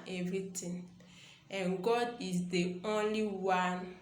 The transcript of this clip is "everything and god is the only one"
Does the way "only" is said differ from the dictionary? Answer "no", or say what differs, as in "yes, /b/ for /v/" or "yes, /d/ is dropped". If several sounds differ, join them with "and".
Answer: no